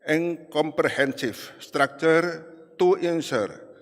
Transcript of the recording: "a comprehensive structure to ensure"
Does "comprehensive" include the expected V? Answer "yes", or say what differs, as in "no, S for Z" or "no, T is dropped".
no, F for V